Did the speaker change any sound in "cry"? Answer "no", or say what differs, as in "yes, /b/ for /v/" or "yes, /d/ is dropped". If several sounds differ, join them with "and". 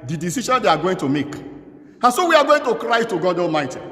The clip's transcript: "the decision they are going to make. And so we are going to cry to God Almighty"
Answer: no